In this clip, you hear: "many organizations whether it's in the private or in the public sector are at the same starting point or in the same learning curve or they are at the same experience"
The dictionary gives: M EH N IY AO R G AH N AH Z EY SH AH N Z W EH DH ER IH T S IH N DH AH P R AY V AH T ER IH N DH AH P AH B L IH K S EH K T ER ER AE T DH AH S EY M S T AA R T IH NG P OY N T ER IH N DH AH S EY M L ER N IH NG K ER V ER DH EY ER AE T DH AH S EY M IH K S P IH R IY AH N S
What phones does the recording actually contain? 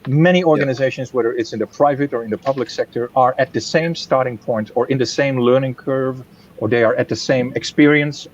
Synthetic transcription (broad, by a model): M EH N IY AO R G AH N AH Z EY SH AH N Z W EH DH ER IH T S IH N DH AH P R AY V AH T ER IH N DH AH P AH B L IH K S EH K T ER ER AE T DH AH S EY M S T AA R T IH NG P OY N T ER IH N DH AH S EY M L ER N IH NG K ER V ER DH EY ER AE T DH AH S EY M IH K S P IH R IY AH N S